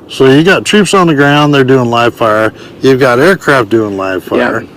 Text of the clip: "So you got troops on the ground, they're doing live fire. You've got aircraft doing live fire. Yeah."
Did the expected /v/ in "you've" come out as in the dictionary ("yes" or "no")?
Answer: yes